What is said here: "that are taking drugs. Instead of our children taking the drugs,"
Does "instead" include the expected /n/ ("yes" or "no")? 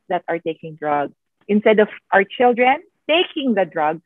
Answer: yes